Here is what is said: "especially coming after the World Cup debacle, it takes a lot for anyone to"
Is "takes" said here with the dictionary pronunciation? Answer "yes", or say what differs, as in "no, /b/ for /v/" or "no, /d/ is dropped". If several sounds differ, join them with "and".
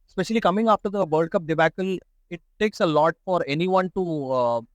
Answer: yes